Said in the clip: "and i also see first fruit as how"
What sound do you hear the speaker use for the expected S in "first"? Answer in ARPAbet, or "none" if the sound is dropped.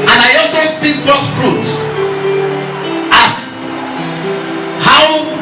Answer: none